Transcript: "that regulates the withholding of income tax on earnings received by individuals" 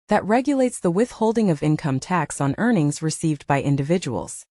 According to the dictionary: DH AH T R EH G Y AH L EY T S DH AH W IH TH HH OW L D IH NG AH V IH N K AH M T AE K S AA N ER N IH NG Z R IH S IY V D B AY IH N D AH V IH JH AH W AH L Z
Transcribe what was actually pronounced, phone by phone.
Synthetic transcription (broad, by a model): DH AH T R EH G Y AH L EY T S DH AH W IH TH HH OW L D IH NG AH V IH N K AH M T AE K S N ER N IH NG Z R IH S IY V D B AY IH N D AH V IH JH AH W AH L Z